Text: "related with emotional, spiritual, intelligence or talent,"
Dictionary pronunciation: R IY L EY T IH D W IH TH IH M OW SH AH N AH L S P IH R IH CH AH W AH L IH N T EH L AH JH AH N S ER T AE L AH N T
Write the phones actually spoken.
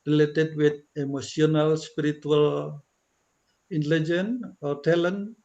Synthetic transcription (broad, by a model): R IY L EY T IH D W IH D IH M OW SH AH N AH L S P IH R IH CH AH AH L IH N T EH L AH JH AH N AO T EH L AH N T